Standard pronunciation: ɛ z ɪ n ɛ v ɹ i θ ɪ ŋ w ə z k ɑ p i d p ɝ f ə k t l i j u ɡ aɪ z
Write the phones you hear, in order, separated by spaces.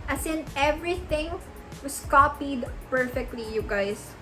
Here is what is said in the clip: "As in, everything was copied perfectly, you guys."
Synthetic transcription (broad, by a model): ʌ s ɪ n ɛ v ɹ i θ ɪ ŋ w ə s k ɑ p i d p ɝ f ə k t l i j u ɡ aɪ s